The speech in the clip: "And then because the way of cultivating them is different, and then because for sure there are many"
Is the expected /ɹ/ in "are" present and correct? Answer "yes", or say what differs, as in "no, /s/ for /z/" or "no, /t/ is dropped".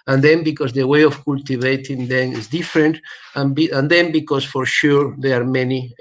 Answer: yes